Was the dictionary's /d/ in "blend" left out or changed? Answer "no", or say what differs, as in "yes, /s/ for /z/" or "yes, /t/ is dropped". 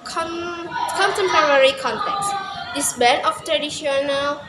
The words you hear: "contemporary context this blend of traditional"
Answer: yes, /d/ is dropped